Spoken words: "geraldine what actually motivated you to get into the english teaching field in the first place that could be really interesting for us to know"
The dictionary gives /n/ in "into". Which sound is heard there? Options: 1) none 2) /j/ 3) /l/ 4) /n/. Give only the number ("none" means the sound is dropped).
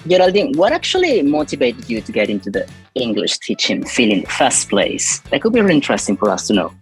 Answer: 4